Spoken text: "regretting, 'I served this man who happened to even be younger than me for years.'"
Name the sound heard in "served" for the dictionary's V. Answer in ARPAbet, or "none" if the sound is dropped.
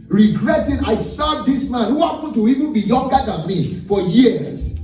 none